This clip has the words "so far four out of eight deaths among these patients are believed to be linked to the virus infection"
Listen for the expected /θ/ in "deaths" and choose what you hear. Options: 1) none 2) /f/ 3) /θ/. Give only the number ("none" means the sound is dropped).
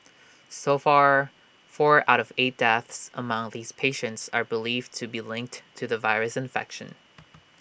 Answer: 3